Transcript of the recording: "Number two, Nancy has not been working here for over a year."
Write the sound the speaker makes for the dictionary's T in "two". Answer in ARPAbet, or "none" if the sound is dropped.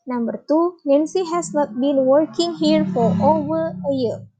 T